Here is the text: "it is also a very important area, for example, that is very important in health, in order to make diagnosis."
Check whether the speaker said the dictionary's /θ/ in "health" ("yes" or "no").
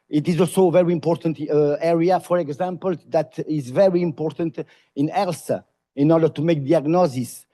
no